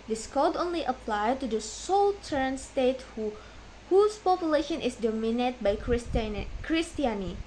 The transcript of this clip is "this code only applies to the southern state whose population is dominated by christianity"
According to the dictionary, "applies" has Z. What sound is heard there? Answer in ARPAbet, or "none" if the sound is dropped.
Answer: none